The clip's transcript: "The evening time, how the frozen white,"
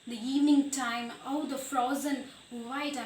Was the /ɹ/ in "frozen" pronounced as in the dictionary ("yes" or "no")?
yes